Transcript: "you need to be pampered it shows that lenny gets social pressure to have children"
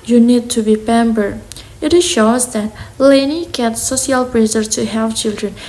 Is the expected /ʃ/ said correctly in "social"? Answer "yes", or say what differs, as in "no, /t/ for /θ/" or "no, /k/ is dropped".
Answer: no, /ʃ/ is dropped